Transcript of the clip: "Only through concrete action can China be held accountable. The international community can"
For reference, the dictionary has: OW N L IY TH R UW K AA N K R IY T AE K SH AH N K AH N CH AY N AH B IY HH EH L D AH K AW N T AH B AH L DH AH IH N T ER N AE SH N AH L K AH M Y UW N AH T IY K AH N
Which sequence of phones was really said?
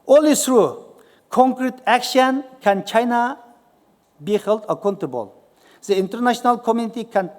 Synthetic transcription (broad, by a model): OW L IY S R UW K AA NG K R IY T AE K SH AH N K AH N CH AY N AH B IY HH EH L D AH K AW N T AH B AH L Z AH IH N T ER N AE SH N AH L K AH M Y UW N AH T IY K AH N